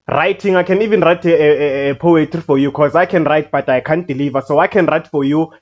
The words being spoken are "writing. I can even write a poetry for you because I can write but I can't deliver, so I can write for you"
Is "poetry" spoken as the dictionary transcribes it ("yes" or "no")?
no